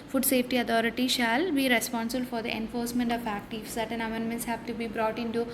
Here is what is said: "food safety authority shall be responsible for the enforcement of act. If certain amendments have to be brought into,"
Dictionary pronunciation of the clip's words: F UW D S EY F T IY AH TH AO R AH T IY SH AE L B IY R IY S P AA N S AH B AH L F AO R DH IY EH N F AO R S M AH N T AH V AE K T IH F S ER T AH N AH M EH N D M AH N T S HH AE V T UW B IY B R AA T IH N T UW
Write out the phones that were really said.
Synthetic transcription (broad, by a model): F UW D S EY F T IY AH T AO R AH T IY SH AE L B IY R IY S P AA N S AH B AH L F AO R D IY EH N F AO R S M AH N T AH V AE K T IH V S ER T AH N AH M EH N D M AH N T S HH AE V T UW B IY B R AA T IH N T UW